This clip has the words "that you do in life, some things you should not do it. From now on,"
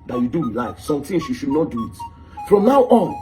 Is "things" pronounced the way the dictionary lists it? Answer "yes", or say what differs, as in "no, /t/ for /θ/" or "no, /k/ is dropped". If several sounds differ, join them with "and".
no, /t/ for /θ/